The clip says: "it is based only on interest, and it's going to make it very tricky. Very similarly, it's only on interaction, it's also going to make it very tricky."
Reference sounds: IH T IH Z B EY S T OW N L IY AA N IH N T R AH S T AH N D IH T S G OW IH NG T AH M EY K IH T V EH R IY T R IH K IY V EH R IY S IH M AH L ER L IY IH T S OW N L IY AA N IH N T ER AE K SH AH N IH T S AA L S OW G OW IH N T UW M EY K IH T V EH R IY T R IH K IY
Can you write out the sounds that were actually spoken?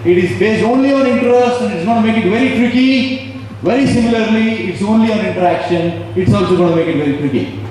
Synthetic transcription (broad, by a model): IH T IH Z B EY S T OW N L IY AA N IH N T R AH S T AH N D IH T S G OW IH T M EY K IH T V EH R IY T R IH K IY V EH R IY S IH M AH L ER L IY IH T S OW N L IY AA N IH N T ER AE K SH AH N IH T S AA L S OW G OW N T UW M EY K IH T V EH R IY T R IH K IY